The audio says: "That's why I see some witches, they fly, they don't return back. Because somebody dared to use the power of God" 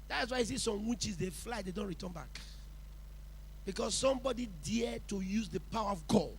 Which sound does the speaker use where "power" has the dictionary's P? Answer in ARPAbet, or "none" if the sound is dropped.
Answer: P